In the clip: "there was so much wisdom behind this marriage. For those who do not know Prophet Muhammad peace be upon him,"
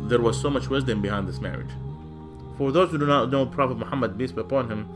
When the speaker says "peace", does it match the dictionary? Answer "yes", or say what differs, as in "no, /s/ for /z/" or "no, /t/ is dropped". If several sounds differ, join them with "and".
no, /b/ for /p/